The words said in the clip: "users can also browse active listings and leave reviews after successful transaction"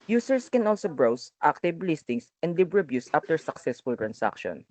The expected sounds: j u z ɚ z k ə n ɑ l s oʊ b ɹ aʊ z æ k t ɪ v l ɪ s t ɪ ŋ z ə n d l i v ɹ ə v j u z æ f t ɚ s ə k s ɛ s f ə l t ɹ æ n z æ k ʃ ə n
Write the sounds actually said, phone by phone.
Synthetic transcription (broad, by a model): j u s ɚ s k ə n ɑ l s oʊ b ɹ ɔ s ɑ k t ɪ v l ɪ s t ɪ ŋ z ə n d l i b ɹ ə b j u s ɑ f t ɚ s ə k s ɛ s f ə l t ɹ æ n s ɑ k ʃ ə n